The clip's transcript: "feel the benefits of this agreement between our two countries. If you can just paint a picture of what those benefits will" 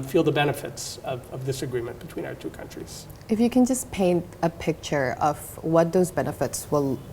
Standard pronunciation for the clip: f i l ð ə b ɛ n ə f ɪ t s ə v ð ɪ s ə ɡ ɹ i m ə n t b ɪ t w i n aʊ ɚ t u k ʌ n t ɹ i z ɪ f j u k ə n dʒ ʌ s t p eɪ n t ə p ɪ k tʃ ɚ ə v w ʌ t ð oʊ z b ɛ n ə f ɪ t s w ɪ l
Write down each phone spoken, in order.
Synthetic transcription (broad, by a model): f i l ð ə b ɛ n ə f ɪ t s ə v ð ɪ s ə ɡ ɹ i m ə n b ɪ t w i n aʊ ɚ t u k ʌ n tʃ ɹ i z ɪ f j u k ə n dʒ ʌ s p eɪ n t ə p ɪ k tʃ ɚ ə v w ʌ t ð oʊ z b ɛ n ə f ɪ t s w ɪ l